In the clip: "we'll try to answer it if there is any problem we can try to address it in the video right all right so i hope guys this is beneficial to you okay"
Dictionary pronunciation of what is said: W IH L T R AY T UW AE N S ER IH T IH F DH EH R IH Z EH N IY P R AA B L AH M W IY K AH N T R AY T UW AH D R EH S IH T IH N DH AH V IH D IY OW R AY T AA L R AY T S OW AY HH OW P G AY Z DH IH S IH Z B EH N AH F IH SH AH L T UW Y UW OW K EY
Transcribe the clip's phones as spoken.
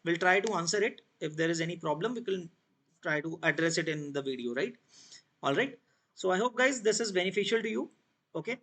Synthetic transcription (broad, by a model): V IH L T R AY T UW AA N S ER IH T IH F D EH R IH Z EH N IY P R AA B L AH M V IY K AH L T R AY T UW AH D R EH S IH T IH N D AH V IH D IY OW R AY T AA L R AY T S OW AY HH OW P G AY Z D IH S IH Z B EH N AH F IH SH AH L T UW Y UW OW K EY